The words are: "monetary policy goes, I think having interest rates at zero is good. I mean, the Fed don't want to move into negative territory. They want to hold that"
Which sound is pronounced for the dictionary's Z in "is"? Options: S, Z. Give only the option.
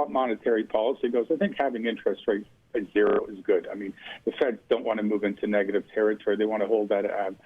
Z